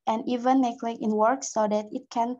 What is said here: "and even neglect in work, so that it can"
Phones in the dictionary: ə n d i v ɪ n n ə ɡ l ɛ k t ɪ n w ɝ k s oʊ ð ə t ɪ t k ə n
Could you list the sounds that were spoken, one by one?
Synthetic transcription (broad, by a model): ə n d i v ɪ n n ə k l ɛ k ɪ n w ɝ k s oʊ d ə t ɪ t k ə n